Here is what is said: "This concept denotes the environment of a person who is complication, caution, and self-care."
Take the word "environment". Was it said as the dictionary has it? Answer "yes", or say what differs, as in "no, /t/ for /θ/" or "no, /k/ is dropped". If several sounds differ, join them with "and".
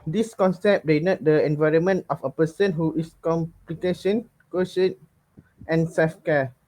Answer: yes